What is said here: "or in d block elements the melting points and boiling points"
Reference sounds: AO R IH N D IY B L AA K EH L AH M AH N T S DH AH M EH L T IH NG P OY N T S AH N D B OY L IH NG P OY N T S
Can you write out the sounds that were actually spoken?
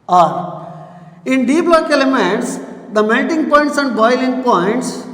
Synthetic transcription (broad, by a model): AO R IH N D IY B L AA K EH L AH M AH N T S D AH M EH N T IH NG P OY N T S AH N D B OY L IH NG P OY N T S